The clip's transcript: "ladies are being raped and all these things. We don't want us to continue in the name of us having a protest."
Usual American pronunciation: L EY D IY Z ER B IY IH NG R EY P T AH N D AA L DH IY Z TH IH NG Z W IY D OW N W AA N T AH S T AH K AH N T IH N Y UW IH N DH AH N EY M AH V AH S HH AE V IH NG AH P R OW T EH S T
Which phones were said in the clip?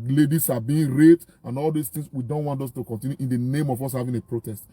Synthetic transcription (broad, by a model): L EY D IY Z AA B IY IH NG R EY T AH N AA L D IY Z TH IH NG S W IY D OW N W AA N T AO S T AH K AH N T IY N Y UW IH N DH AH N EY M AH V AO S HH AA V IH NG AH P R OW T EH S T